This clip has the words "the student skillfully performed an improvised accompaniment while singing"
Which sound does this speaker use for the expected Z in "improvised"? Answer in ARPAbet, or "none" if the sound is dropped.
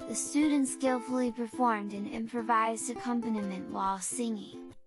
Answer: Z